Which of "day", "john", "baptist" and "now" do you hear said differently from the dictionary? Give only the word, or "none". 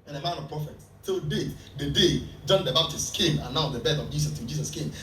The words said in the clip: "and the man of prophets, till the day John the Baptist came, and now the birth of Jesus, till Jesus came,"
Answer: baptist